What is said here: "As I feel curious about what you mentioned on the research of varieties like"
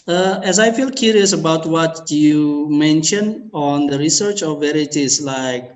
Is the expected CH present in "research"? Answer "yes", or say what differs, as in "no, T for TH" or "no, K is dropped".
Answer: yes